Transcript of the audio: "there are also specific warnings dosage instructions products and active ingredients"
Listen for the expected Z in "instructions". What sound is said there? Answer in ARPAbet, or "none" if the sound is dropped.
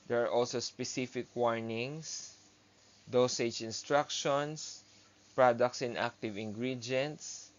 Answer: S